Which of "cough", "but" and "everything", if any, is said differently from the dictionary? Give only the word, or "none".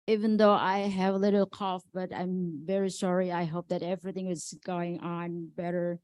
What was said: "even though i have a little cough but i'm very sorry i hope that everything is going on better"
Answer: none